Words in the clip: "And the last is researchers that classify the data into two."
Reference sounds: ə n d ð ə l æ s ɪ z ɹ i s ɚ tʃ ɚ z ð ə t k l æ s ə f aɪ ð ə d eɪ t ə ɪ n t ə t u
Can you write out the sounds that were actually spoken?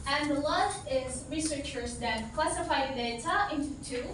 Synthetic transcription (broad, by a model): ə n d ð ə l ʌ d ɪ z ɹ i s ɚ tʃ ɚ z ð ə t k l æ s ə f aɪ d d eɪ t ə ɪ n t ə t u